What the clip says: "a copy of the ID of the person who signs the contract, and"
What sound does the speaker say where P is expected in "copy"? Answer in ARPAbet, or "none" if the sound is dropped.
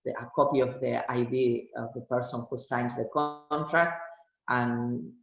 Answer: P